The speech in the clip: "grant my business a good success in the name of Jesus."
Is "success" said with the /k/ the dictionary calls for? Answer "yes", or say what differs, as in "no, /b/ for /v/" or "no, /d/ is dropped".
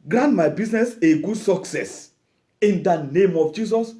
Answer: yes